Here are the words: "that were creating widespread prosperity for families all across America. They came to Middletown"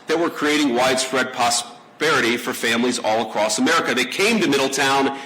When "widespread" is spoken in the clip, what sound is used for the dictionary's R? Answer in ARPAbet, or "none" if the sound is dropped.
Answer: R